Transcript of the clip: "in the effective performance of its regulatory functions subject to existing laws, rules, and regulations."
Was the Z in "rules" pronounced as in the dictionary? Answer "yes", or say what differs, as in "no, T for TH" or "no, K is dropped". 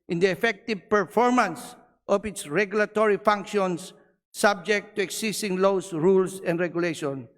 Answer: no, S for Z